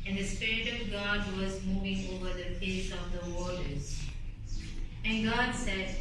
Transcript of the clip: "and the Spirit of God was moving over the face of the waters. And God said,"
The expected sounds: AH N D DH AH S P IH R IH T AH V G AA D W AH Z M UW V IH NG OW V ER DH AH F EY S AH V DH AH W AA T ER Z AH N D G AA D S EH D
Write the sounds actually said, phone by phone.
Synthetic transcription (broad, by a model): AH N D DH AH S P IH R IH T AH V G AA D W AH Z M UW V IH NG OW V ER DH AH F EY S AH V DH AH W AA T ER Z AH N G AA D S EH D